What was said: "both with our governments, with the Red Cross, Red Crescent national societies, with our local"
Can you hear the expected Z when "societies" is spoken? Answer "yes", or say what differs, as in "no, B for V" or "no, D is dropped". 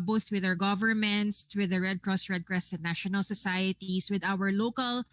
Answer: no, S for Z